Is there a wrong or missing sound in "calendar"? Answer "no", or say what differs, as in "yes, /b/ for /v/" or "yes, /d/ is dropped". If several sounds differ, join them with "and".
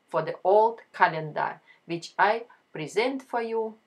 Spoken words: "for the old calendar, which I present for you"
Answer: no